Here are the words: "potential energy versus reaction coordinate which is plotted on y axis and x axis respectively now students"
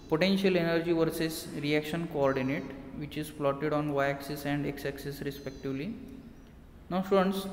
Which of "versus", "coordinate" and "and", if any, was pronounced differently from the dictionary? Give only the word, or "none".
none